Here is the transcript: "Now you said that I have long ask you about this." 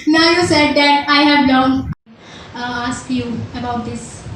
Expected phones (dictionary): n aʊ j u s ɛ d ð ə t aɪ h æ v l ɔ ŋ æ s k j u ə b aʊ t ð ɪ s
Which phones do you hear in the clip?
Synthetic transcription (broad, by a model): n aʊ j u s ɛ d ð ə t aɪ h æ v n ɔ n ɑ s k j u ə b aʊ t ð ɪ s